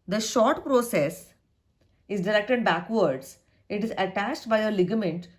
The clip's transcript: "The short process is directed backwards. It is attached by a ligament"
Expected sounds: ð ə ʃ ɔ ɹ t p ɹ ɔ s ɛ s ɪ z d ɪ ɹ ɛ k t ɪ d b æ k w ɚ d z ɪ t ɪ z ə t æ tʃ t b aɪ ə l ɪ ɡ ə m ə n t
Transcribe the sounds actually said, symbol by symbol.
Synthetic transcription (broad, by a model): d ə ʃ ɔ ɹ t p ɹ ɔ s ɛ s ɪ z d ɪ ɹ ɛ k t ɪ d b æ k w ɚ d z ɪ t ɪ z ə t æ tʃ t b aɪ ə l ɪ ɡ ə m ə n t